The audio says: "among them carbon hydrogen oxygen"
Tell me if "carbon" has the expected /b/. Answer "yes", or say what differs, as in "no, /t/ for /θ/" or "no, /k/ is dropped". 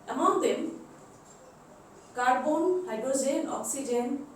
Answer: yes